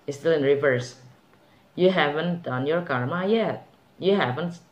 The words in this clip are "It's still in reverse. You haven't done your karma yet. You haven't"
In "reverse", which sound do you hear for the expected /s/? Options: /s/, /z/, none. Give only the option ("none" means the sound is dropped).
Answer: /s/